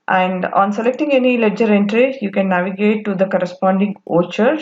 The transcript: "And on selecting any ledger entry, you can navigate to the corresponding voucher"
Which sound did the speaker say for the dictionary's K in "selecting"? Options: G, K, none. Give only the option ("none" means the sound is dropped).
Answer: K